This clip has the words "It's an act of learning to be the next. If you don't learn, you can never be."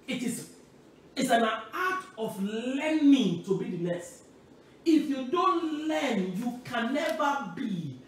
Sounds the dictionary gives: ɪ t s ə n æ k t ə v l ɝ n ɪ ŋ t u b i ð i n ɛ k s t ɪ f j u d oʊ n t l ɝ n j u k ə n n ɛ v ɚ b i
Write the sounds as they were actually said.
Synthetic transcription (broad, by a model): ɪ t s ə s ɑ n t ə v l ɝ n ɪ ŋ t u b i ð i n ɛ s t ɪ f j u d oʊ n t l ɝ n j u k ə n n ɛ v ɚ b i